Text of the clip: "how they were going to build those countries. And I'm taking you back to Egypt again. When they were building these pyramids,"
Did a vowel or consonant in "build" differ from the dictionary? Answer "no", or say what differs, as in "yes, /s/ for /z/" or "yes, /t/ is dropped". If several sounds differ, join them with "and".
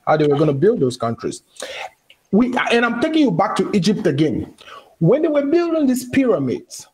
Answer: no